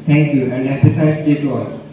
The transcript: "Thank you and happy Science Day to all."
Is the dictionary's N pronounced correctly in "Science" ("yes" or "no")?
no